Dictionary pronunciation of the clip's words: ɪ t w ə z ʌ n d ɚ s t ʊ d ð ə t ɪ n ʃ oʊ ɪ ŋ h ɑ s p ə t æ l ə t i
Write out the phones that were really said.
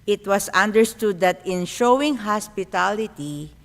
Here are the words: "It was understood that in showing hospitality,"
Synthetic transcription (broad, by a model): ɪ t w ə s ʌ n d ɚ s t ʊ d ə t ɪ n ʃ oʊ ɪ ŋ h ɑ s p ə t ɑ l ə t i